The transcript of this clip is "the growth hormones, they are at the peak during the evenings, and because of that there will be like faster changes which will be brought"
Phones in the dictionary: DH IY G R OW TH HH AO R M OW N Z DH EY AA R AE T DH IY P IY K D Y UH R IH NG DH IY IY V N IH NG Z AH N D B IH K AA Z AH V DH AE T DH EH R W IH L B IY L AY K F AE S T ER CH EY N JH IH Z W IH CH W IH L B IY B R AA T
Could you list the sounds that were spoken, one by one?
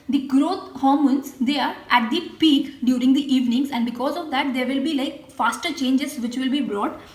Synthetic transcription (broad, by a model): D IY G R OW T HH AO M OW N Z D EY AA R AE T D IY P IY K D Y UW R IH NG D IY IY V N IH NG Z AH N D B IH K AA Z AH V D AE T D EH R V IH L B IY L AY K F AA S T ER CH EY N JH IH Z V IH CH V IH L B IY B R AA T